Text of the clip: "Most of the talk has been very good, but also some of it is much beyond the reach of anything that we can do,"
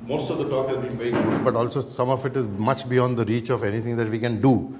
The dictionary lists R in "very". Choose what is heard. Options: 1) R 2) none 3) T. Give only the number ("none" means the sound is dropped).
2